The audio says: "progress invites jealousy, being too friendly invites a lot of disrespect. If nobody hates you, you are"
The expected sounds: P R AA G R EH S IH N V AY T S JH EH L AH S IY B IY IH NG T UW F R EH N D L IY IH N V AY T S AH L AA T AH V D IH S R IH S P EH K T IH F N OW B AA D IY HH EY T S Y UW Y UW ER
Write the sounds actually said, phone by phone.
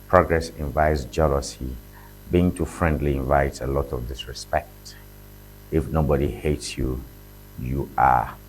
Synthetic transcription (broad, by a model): P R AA G R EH S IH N V AY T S JH EH L AH S IY B IY IH NG T UW F R EH N D L IY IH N V AY T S AH L AA T AH V D IH S R IH S P EH K T IH F N OW B AA D IY HH EY T S Y UW Y UW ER